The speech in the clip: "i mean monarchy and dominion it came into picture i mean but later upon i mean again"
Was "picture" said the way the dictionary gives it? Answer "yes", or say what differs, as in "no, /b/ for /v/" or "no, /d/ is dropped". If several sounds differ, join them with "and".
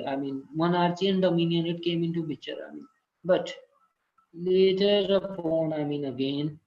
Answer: no, /b/ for /p/ and /k/ is dropped